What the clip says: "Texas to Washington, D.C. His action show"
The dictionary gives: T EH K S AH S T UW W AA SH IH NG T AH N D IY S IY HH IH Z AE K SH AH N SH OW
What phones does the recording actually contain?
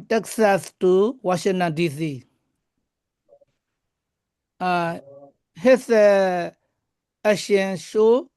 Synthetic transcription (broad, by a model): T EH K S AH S T UW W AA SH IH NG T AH N D IY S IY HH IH S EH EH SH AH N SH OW